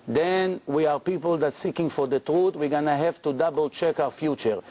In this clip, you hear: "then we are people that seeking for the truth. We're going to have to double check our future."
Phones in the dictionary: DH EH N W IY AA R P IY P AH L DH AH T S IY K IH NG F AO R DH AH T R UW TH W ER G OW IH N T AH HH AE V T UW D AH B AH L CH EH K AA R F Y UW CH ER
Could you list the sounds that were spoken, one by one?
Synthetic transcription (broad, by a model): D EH N W IY AA R P IY P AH L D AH T S IY K IH NG F AO R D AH T R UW T W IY G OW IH N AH HH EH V T UW D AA B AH L CH EH K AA W F Y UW CH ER